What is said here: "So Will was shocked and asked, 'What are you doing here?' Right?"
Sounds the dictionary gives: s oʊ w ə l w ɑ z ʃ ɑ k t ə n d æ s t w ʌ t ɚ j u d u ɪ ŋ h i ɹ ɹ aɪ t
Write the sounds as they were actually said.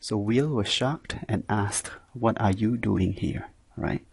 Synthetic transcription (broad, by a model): s oʊ w ə l w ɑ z ʃ ɑ k t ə n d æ s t w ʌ t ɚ j u d u ɪ ŋ h i ɹ ɹ aɪ t